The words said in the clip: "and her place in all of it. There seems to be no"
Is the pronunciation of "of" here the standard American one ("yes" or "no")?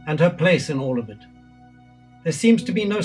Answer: yes